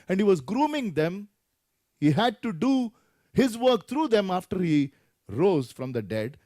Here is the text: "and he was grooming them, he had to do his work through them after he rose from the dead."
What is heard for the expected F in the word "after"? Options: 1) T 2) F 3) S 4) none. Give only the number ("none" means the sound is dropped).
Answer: 2